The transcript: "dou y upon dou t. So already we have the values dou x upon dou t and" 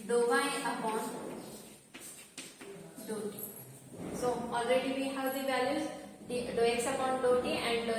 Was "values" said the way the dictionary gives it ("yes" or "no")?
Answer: no